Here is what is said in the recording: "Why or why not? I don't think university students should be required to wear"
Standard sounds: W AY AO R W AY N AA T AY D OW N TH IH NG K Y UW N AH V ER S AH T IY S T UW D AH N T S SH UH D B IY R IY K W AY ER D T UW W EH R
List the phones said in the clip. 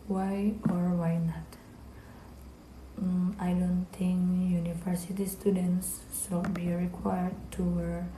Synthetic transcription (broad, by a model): W AY AO R W AY N AA T AY D OW N T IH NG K Y UW N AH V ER S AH T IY S T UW D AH N S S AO B IY R IY K W AY ER D T UW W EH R